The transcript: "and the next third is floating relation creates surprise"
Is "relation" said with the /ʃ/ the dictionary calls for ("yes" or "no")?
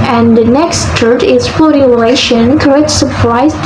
yes